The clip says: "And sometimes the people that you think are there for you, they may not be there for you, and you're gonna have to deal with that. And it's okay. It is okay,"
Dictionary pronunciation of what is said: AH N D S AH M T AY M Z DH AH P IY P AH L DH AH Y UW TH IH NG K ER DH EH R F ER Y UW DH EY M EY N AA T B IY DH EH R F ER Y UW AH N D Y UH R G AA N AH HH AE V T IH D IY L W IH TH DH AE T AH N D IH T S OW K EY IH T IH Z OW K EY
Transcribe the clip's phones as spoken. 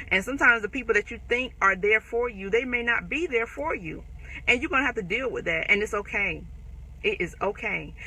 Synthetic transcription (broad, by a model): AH N S AH M T AY M Z DH AH P IY P L DH AH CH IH TH IH NG K ER DH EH R F ER Y UW DH EY M EY N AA T B IY DH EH R F ER Y UW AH N Y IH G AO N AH HH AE F T IH D IY L W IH DH AE T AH N IH T S OW K EY IH T IH Z OW K EY